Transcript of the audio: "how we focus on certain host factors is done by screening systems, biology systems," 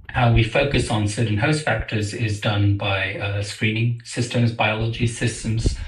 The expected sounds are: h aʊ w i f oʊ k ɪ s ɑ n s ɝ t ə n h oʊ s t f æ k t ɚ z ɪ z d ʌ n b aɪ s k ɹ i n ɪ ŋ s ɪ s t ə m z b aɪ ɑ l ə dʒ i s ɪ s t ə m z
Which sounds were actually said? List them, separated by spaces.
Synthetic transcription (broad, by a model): h aʊ w i f oʊ k ɪ s n s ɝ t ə n h oʊ s t f æ k t ɚ z ɪ z d ʌ n b aɪ s k ɹ i n ɪ ŋ s ɪ s t ə m z b aɪ ɑ l ə dʒ i s ɪ s t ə m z